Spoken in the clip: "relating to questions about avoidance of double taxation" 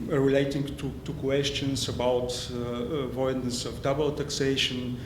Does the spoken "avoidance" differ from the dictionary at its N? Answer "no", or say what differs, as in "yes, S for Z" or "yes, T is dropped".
yes, N is dropped